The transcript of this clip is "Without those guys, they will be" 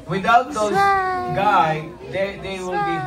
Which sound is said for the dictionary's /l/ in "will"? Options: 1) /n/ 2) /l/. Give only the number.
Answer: 2